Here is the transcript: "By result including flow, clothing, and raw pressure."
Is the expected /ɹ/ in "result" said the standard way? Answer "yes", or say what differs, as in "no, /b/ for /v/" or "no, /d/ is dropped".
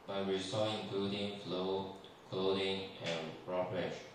no, /w/ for /ɹ/